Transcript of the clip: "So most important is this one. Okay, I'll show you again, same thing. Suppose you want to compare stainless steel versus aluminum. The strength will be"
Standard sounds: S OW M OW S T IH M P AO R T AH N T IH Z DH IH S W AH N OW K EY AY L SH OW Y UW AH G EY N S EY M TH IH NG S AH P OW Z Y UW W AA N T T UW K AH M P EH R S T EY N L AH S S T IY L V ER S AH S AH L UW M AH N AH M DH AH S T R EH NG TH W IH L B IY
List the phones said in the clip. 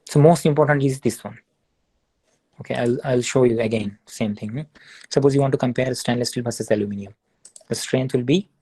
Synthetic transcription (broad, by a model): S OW M OW S T IH M P AO R T AH N T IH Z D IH S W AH N OW K EY AY L SH OW Y UW AH G EY N S EY M T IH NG S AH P OW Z Y UW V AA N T T UW K AH M P EH R S T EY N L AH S S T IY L B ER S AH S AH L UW M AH N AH M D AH S T R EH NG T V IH L B IY